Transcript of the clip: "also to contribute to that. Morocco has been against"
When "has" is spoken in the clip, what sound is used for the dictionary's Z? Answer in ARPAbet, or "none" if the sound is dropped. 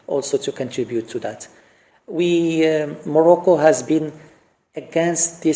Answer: Z